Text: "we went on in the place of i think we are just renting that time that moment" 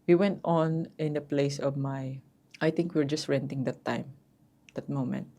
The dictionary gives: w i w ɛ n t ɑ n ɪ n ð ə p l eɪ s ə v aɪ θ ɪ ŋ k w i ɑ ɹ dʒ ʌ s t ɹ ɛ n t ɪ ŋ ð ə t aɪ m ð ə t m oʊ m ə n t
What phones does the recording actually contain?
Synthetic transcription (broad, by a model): w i w ɛ n t ɑ n ɪ n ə p l eɪ s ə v aɪ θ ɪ ŋ k w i ɹ dʒ ʌ s t ɹ ɛ n t ɪ ŋ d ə t aɪ m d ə t m oʊ m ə n t